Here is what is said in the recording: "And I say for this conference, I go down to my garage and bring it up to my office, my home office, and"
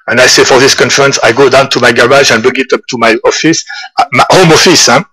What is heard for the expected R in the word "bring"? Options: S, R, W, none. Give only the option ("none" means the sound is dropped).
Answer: none